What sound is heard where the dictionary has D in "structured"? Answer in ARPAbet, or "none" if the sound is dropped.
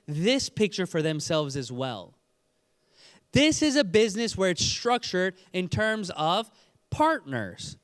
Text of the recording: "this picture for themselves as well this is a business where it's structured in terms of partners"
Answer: D